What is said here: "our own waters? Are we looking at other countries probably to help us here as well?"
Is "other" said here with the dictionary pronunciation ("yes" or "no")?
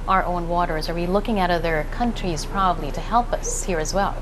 yes